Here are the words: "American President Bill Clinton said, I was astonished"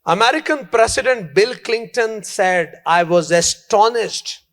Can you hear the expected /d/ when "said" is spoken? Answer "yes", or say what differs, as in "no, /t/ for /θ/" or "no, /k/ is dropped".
yes